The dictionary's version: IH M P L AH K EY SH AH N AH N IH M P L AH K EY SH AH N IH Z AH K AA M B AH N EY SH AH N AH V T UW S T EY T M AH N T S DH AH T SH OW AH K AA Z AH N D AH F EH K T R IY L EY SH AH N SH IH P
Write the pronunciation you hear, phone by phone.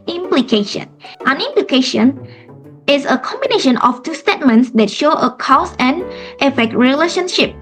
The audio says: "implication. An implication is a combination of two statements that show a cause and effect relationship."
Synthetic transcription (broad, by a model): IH M P L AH K EY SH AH N AH N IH M P L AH K EY SH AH N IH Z AH K AA M B AH N EY SH AH N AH F T UW S T EY T M AH N T S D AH T SH OW AH K AA S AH N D AH F EH K T R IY L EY SH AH N SH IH P